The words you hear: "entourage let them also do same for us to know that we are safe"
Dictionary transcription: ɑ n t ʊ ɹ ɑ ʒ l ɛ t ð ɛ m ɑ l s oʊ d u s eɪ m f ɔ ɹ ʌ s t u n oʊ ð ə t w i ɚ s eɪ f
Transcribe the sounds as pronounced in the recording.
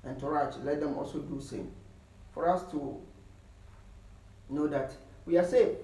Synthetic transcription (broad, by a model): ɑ n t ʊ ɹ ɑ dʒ l ɛ t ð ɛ m ɑ l s oʊ d u s eɪ m f ɔ ɹ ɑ s t u n oʊ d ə t w i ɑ s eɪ